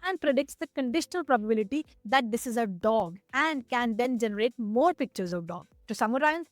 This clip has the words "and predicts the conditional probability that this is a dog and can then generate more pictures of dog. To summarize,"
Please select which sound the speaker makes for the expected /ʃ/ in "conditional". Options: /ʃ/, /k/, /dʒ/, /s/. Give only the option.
/ʃ/